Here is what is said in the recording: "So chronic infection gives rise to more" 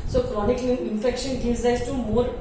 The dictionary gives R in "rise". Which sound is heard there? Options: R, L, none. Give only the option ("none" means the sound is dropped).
L